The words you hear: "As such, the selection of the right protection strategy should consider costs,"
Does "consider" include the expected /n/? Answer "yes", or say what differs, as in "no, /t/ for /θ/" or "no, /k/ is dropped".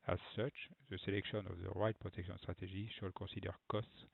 no, /n/ is dropped